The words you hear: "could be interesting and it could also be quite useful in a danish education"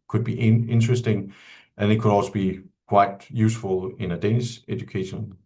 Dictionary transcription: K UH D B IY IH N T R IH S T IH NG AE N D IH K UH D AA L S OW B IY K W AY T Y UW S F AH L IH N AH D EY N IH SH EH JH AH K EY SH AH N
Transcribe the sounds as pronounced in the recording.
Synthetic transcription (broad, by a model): K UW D B IY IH N S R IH S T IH NG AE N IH K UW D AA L S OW B IY K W AY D Y UW S F AH L IH N AH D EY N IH S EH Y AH K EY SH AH N